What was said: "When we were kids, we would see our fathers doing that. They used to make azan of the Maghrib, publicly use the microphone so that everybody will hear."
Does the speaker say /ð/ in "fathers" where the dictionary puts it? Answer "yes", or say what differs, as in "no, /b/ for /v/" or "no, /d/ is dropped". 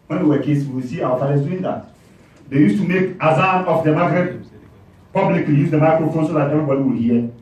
no, /ð/ is dropped